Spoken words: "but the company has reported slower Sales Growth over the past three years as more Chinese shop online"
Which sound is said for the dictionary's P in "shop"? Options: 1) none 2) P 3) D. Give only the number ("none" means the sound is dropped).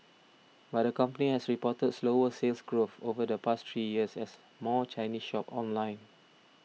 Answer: 2